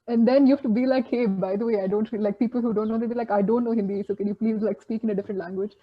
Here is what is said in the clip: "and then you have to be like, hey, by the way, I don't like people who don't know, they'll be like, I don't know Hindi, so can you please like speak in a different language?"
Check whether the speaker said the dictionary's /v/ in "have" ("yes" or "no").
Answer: no